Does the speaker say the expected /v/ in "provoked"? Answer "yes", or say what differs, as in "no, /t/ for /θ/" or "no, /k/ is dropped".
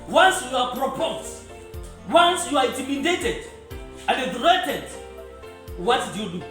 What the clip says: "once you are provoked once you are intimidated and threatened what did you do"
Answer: no, /p/ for /v/